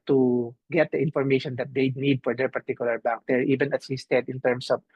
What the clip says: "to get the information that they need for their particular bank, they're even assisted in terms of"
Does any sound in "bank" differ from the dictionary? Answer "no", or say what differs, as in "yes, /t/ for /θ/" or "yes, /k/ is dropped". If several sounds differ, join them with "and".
yes, /ŋ/ is dropped